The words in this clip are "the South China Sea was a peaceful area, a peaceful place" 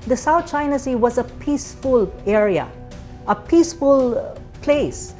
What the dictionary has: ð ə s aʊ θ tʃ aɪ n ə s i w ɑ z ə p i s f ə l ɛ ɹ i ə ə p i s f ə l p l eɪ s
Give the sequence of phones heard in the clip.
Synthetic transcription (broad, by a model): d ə s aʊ t tʃ aɪ n ə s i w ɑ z ə p i s f ə l ɛ ɹ i ə ə p i s f ə l p l eɪ s